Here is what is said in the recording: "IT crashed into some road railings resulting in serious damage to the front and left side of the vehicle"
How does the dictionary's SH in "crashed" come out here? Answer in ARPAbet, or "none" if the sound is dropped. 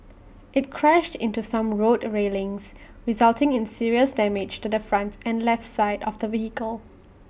SH